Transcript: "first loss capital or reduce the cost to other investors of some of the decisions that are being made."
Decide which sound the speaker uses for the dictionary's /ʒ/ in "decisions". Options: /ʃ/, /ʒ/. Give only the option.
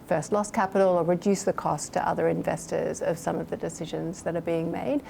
/ʒ/